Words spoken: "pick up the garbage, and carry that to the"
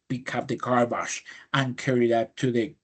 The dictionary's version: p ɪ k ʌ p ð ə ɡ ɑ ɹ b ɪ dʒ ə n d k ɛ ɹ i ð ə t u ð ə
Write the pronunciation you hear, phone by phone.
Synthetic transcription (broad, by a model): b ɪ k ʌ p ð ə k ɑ ɹ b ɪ ʃ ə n k ɛ ɹ i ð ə t u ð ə